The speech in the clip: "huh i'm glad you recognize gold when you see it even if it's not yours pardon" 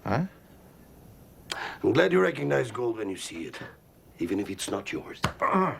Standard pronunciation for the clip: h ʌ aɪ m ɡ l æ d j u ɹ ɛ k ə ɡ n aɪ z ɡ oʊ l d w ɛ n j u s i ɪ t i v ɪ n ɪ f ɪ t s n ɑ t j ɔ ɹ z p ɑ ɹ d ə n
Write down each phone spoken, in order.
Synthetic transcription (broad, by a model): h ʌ aɪ m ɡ l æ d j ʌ ɹ ɛ k ə ɡ n aɪ z ɡ oʊ l d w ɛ n j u s i ɪ t i v ɪ n ɪ f ɪ t s n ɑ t j ɔ ɹ z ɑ